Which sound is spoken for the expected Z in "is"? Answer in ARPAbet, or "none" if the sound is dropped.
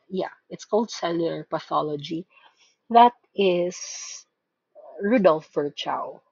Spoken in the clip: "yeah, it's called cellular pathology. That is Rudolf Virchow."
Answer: S